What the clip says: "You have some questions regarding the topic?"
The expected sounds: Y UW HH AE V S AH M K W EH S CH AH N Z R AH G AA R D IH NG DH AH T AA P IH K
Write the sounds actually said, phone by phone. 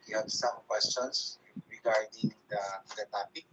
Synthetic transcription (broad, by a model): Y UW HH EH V S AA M K W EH S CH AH N S R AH G AA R D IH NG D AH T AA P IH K